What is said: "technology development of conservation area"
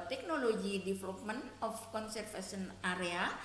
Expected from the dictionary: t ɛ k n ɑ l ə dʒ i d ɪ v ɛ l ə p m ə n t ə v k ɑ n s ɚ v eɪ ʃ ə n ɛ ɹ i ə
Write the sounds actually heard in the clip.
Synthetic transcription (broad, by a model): t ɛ k n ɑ l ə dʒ i d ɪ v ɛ l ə p m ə n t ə f k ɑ n s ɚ f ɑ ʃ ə n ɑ ɹ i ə